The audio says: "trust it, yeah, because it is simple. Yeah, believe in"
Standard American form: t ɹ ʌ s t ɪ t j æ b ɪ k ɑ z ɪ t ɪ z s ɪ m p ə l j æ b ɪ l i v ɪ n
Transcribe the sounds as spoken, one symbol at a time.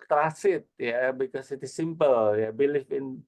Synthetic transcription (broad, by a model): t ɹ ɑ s ɪ t j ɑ b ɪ k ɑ s ɪ t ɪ s ɪ m p ə l j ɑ b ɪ l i f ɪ n